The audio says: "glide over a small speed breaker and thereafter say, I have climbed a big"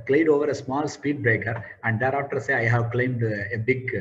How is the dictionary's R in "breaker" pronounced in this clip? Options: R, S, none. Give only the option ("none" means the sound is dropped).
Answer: R